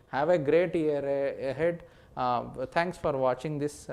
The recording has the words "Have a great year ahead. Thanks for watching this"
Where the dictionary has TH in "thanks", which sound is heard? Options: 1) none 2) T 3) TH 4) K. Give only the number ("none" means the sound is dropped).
2